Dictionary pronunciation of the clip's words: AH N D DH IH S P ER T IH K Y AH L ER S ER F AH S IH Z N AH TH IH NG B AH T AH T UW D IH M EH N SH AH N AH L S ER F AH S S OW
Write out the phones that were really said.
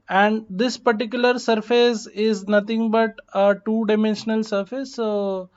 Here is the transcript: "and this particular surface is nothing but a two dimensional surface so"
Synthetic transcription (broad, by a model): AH N D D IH S P ER T IH K Y AH L ER S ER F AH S IH Z N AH T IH NG B AH T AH T UW D IH M EH N SH AH N AH L S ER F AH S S OW